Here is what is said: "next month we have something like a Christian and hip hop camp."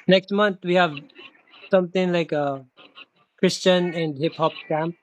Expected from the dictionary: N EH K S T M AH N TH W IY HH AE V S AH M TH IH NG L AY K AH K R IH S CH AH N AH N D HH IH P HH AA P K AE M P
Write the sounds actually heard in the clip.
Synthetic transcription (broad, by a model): N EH K S T M AH N T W IY HH AE V S AH M T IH NG L AY K AH K R IH S CH AH N AH N D HH IH P HH AA P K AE M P